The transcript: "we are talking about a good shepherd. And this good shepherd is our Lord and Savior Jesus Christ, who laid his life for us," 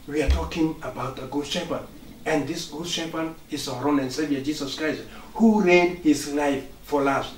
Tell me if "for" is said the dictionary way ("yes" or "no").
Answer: no